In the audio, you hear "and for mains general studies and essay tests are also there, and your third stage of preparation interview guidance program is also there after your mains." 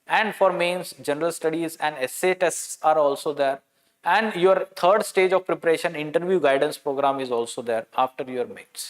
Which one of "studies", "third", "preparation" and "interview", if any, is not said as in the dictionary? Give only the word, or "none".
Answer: third